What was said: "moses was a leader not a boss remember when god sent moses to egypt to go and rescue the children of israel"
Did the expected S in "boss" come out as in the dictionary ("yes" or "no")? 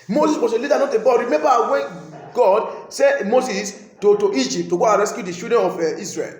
no